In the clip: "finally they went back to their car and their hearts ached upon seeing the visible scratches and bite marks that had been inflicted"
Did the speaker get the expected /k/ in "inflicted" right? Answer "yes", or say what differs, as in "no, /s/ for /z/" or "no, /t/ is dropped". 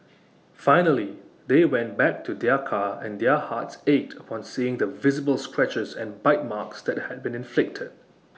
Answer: yes